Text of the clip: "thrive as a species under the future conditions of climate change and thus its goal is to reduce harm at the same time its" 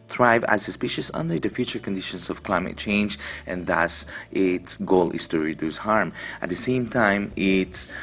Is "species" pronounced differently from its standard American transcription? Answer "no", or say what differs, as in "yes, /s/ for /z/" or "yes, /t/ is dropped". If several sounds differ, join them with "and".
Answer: yes, /s/ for /z/